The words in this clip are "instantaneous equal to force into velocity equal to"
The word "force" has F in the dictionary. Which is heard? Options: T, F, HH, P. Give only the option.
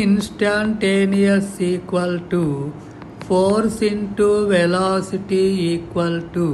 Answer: P